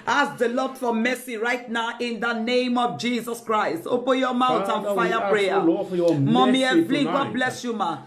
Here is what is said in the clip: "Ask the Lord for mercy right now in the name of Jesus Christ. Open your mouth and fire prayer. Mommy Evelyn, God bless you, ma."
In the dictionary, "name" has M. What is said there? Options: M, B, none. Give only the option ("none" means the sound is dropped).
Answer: M